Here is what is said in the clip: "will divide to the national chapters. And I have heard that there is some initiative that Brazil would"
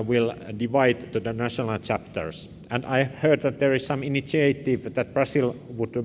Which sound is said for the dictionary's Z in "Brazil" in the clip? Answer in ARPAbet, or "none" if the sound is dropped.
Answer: S